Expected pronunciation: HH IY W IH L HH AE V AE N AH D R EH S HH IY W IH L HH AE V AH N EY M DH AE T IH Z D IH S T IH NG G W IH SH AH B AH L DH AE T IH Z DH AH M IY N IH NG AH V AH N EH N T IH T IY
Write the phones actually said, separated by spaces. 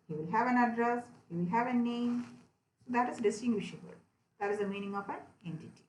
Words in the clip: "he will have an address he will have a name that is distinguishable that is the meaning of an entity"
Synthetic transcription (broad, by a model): HH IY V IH L HH AE V AE N AH D R EH S HH IY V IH L HH AE V AH N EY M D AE T IH Z D IH S T IH NG G W IH SH AH B AH L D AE T IH Z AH M IY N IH NG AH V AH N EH N T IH T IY